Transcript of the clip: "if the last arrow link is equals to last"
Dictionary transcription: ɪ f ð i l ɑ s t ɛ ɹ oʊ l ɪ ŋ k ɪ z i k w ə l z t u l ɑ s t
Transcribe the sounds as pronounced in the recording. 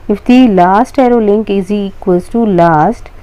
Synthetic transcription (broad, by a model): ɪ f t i l ɑ s t ɛ ɹ oʊ l ɪ ŋ k ɪ z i k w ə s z t u l ɑ s t